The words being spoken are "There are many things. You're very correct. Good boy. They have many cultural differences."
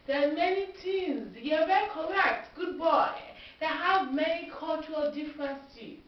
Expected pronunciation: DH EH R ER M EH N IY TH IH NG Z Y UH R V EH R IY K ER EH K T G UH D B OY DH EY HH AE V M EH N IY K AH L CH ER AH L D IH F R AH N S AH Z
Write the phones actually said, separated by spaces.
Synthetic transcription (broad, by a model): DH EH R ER M EH N IY T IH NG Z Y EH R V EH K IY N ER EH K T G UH D B OY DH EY HH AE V M EH N IY K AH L CH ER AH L D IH F R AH N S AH